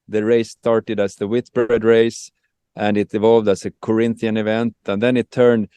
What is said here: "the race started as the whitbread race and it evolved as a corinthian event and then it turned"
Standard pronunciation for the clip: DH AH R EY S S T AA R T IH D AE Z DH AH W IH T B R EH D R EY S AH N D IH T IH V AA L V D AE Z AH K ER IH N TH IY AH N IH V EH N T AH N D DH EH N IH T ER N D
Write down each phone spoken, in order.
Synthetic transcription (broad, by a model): DH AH R EY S S T AA R T IH D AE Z DH AH W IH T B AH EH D R EY S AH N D IH T IH V AA L V D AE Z AH K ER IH N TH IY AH N IH V EH N T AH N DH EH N IH T ER N D